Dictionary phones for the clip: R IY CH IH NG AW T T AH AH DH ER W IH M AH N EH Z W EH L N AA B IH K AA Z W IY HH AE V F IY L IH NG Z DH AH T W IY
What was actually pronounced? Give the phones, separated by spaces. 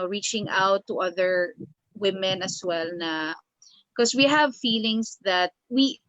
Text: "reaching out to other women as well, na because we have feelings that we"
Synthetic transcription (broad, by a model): R IY CH IH NG AW T T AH AH DH ER W IH M AH N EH S W EH L N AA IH K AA S W IY HH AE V F IY L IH NG S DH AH T W IY